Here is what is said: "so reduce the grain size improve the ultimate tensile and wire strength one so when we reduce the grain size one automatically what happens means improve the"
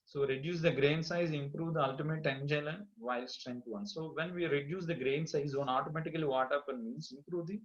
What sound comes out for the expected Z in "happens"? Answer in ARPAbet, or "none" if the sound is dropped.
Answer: none